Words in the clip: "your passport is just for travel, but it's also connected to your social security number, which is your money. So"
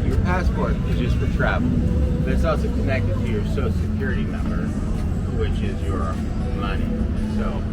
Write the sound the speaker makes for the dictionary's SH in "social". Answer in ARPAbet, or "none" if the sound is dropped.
none